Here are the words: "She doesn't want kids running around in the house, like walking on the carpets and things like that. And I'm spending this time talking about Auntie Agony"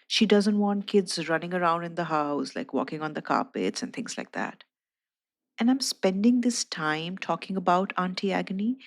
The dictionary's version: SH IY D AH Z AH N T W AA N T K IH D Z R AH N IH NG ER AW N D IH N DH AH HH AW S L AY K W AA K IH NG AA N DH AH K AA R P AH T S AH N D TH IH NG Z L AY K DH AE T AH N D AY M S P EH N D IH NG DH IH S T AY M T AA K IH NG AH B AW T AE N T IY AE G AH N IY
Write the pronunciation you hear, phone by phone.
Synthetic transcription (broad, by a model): SH IY D AH Z AH N T W AA N T K IH D Z R AH N IH NG ER AW N D IH N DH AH HH AW S L AY K W AA K IH NG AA N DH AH K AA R P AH T S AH N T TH IH NG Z L AY K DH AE T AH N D AY M S P EH N D IH NG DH IH S T AY M T AA K IH NG AH B AW T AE N T IY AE G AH N IY